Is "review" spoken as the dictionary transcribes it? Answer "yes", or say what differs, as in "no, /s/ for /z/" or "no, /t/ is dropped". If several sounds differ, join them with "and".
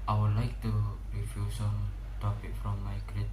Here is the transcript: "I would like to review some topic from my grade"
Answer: no, /f/ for /v/